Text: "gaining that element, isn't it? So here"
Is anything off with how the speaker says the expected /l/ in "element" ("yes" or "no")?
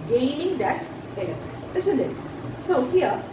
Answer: yes